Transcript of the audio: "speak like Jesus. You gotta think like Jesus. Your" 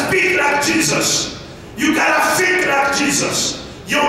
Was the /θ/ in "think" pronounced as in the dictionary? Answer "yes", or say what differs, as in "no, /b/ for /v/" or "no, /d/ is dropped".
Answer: no, /f/ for /θ/